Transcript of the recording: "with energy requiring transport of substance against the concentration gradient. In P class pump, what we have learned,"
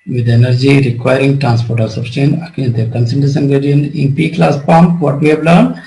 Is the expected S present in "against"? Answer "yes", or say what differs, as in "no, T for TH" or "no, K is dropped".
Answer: no, S is dropped